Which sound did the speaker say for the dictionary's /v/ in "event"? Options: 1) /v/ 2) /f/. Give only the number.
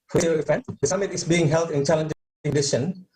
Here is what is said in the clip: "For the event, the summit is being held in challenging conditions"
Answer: 2